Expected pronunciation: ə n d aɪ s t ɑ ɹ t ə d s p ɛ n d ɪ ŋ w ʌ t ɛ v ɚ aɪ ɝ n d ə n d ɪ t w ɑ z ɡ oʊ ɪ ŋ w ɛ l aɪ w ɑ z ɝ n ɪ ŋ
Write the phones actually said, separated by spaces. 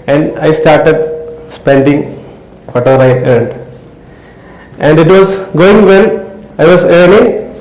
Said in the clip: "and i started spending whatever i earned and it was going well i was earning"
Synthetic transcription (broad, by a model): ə n d aɪ s t ɑ ɹ t ə d s p ɛ n d ɪ ŋ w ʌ t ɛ v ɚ aɪ ɝ n d ə n d ɪ t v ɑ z ɡ oʊ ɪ ŋ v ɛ n aɪ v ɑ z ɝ n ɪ ŋ